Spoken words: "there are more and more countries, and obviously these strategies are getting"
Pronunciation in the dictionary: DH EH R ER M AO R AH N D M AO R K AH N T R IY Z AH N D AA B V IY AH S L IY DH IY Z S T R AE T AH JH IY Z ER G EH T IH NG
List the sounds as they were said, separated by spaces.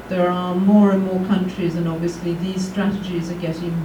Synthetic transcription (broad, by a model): DH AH R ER M AO R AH N M AO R K AH N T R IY Z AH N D AA B V IY AH S L IY DH IY Z S T R AE T AH JH IY Z ER G EH T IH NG